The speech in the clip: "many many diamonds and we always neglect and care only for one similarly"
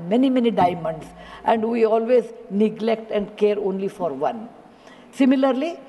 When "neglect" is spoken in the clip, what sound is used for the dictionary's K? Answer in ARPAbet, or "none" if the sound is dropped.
K